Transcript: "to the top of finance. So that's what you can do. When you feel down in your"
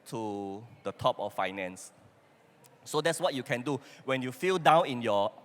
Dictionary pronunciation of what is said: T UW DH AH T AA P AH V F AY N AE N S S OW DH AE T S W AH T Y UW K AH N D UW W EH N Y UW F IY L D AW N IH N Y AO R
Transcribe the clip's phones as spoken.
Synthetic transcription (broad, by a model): T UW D AH T AA P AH F F AY N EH N S S OW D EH T S W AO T Y UW K AH N D UW W EH N Y UW F IY L D AW N IH N Y AO